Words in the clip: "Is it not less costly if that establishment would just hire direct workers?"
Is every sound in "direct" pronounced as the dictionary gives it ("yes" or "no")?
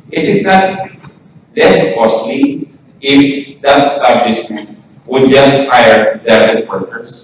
no